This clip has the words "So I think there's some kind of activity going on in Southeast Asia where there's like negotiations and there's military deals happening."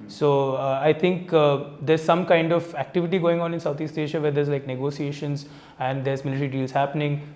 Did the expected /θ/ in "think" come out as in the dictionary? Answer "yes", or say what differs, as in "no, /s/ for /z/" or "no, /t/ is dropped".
no, /t/ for /θ/